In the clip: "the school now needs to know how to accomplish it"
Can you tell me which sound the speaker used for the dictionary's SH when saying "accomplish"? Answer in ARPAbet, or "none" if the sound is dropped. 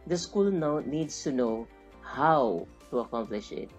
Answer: SH